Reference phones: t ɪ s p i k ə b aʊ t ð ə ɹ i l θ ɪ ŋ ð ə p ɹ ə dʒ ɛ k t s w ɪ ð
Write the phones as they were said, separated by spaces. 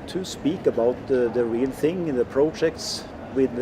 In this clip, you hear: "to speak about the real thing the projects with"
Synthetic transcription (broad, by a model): t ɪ s p i k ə b aʊ t ð ə ɹ i l θ ɪ ŋ ð ə p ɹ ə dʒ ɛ k t s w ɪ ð